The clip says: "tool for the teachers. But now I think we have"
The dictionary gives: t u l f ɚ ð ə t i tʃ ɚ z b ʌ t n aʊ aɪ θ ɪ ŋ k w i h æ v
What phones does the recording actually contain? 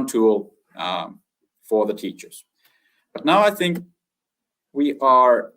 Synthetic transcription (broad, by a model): t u l f ɚ ð ə t i tʃ ɚ z b ʌ t n aʊ aɪ θ ɪ ŋ k w i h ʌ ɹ